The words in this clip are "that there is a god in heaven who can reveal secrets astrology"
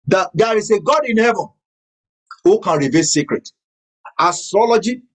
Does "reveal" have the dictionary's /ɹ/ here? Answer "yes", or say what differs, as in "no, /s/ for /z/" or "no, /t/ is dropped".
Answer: yes